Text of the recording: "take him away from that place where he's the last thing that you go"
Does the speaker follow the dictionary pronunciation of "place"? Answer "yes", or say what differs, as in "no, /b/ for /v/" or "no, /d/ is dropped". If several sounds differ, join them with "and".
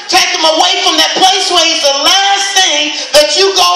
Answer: yes